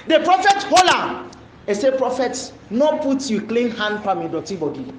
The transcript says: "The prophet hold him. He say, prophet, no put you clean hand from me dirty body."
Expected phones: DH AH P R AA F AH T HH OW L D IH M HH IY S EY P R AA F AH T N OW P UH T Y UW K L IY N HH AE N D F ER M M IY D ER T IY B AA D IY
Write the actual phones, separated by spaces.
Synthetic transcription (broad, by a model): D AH P R AA F AH T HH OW L IH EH S EY P R AA F AH T N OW P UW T Y UW K L IY N HH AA N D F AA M M IY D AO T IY B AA D IY